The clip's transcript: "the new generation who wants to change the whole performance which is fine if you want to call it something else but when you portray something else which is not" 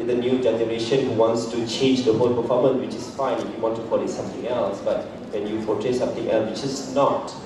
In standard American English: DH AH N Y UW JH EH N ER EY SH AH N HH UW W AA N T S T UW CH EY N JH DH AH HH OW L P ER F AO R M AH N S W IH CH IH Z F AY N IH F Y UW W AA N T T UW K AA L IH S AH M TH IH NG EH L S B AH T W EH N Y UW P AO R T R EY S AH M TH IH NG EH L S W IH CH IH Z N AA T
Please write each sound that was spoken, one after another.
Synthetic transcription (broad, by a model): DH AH N Y UW JH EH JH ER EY SH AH N HH UW W AA N T S T UW CH EY N JH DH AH HH OW L P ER F AO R M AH N W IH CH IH S F AY N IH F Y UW W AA N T T UW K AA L IH S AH M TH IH NG EH L S B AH T W EH N Y UW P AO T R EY S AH M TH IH NG EH L S W IH CH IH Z N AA T